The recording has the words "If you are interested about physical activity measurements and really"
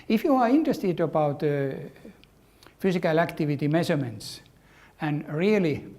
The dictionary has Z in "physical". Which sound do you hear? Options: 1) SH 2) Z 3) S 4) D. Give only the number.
3